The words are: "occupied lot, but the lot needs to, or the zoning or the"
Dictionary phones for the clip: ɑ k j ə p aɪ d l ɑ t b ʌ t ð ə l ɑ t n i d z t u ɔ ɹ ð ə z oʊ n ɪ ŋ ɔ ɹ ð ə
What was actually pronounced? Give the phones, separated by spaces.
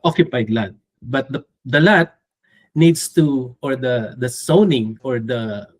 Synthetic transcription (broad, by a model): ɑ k j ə p aɪ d l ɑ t b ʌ t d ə l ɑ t n i d s t u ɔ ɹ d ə s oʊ n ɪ ŋ ɔ ɹ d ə